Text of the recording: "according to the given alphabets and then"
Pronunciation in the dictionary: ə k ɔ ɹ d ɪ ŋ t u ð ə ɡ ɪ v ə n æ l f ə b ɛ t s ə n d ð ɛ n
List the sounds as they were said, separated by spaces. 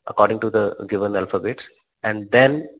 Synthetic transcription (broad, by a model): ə k ɔ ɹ d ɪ ŋ t u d ə ɡ ɪ v ə n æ l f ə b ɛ t ə n d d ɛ n